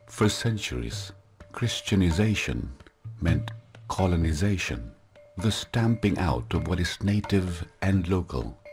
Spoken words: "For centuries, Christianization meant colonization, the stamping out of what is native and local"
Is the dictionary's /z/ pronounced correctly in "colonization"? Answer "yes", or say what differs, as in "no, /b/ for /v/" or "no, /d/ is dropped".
yes